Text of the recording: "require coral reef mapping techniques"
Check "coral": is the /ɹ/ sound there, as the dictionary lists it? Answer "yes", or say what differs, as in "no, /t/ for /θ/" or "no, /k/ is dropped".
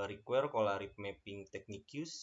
no, /l/ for /ɹ/